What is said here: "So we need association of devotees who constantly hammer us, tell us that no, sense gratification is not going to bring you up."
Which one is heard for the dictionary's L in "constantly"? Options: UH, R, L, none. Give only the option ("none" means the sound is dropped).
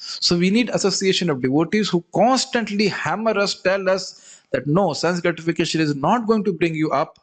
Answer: L